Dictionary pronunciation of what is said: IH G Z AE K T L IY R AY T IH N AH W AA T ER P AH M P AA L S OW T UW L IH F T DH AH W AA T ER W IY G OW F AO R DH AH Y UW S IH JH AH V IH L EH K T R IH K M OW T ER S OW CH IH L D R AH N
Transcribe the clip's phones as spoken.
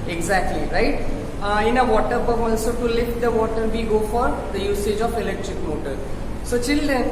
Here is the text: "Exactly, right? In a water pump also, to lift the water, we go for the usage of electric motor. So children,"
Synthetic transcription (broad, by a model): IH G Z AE K T L IY R AY T IH N AH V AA T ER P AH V AA L S OW T UW L IH F T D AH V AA T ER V IY G OW F AO R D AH Y UW S IH JH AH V IH L EH K T R IH K M OW T ER S OW CH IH L D R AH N